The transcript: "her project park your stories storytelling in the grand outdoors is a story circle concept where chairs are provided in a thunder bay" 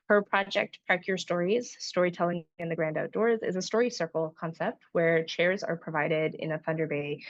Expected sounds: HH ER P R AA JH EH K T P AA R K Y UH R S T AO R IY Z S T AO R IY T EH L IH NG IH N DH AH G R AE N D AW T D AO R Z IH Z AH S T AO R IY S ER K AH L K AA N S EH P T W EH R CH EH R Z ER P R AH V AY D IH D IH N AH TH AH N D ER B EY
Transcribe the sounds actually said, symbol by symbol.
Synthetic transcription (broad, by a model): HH ER P R AA JH EH K T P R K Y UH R S T AO R IY Z S T AO R IY T EH L IH NG IH N DH AH G R AE N D AW T D AO R Z IH Z AH S T AO R IY S ER K L K AA N S EH P T W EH R CH EH R Z ER P R AH V AY D IH D IH N AH TH AH N D ER B EY